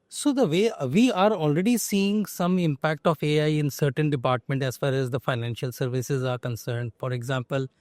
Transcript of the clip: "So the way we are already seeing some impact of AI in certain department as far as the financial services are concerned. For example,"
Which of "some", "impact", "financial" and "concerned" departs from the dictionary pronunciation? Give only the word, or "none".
none